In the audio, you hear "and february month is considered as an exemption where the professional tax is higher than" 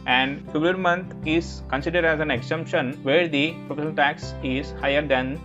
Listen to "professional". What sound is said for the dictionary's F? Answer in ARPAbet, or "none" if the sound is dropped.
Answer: P